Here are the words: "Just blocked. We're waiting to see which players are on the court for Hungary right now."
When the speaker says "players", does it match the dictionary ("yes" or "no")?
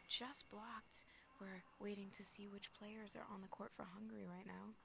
yes